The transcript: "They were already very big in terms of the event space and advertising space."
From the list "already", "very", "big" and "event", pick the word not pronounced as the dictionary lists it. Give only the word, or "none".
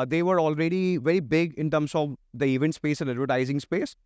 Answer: none